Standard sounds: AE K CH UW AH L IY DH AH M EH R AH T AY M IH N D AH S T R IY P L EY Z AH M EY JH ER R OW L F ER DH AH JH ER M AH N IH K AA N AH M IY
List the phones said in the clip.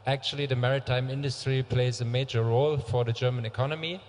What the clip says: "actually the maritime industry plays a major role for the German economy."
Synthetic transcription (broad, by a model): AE K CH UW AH L IY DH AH M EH R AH T AY M IH N D AH S T R IY P L EY Z AH M EY JH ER R OW L F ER DH AH JH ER M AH N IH K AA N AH M IY